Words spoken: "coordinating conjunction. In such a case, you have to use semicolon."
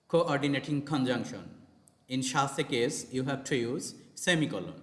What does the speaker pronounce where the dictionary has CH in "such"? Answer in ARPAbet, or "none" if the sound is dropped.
S